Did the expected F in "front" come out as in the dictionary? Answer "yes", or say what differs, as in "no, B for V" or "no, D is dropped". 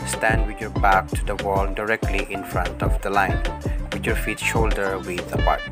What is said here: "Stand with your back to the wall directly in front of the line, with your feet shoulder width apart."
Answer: yes